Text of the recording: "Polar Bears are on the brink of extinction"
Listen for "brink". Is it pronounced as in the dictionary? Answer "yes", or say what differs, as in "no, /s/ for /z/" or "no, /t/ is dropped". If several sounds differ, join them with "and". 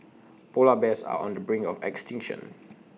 no, /k/ is dropped